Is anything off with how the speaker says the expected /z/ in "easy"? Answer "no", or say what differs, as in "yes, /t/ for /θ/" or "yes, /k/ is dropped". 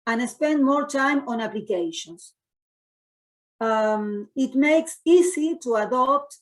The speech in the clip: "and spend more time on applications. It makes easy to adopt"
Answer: yes, /s/ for /z/